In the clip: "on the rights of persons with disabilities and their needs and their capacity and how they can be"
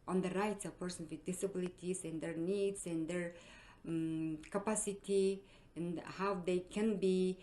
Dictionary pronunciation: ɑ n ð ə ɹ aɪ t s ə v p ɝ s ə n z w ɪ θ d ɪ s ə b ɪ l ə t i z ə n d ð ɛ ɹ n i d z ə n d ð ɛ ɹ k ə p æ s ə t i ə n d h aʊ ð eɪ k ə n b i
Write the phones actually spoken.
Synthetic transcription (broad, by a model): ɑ n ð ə ɹ aɪ t s ə v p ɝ s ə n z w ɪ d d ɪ s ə b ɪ l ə t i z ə n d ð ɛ ɹ n i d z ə n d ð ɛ ɹ k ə p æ s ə t i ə n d h aʊ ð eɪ k ə n b i